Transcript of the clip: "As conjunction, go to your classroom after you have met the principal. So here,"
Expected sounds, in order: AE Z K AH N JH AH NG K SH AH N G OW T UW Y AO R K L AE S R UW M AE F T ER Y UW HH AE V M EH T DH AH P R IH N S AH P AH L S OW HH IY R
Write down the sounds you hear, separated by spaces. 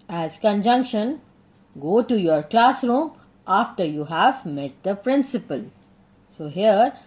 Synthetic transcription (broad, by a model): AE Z K AH N JH AH NG K SH AH N G OW T UW Y AO R K L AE S R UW M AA F T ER Y UW HH AE V M EH T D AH P R IH N S AH P AH L S OW HH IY R